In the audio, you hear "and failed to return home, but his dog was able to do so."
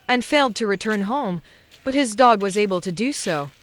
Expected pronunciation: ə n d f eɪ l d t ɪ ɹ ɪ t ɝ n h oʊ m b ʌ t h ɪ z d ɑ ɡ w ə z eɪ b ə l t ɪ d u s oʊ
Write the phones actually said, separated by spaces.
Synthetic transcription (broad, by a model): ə n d f eɪ l d t ɪ ɹ ɪ t ɝ n h oʊ m b ʌ t h ɪ z d ɑ ɡ w ə z eɪ b ə l t ɪ d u s oʊ